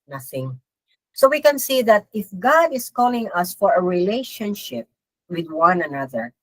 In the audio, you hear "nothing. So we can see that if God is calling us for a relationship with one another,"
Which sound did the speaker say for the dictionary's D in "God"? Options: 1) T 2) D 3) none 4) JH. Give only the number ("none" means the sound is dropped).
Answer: 2